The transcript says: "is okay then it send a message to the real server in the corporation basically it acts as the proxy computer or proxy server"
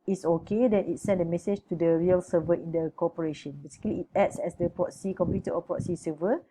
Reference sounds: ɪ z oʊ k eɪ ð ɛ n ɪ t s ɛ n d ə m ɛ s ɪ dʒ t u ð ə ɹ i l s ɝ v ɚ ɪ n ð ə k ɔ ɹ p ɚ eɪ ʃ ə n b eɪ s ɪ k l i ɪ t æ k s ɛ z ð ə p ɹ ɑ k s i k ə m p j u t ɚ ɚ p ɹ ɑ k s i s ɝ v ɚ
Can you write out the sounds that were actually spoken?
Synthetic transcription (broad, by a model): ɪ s oʊ k eɪ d ɛ n ɪ t s ɛ n d ə m ɛ s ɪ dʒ t u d ə ɹ i l s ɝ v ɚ ɪ n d ə k ɔ p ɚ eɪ ʃ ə n b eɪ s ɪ k l i t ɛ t s ɛ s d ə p ɹ ɑ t s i k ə m p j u t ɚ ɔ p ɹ ɑ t s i s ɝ v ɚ